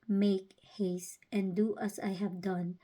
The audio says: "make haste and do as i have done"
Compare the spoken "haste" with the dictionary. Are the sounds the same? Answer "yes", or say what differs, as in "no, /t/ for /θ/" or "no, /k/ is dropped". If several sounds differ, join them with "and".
yes